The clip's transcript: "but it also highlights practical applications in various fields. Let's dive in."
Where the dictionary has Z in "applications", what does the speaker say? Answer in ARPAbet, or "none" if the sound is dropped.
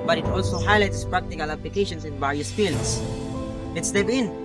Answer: S